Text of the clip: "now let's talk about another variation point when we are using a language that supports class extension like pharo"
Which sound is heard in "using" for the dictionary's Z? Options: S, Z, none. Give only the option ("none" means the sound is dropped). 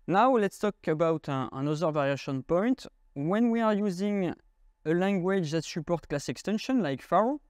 Z